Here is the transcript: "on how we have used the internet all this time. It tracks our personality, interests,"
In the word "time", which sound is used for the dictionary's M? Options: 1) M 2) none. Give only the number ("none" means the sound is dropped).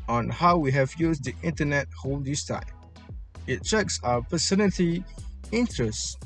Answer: 2